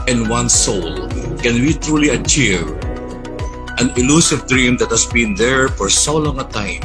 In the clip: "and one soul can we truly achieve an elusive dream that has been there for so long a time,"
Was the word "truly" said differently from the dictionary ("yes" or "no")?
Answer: no